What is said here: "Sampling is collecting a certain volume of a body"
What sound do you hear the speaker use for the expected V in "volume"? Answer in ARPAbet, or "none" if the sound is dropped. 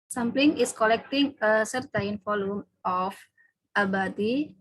F